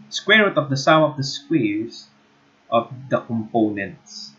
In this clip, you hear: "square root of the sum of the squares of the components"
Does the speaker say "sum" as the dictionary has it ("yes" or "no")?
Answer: no